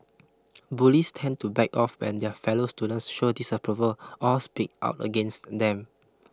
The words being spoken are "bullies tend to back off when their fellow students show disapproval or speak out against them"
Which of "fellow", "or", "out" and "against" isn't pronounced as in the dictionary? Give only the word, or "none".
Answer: or